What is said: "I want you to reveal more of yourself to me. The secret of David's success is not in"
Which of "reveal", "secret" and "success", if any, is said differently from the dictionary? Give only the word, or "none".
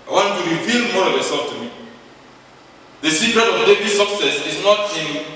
reveal